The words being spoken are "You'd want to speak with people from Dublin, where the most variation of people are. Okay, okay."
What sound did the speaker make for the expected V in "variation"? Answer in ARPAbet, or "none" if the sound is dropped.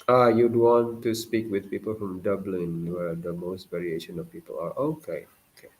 V